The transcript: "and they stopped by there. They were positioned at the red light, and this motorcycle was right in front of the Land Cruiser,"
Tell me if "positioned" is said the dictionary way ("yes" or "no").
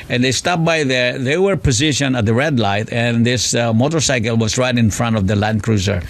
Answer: no